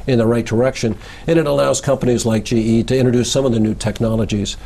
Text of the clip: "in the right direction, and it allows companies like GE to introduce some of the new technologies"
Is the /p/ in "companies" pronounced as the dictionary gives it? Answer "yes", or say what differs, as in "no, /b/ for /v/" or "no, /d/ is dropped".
yes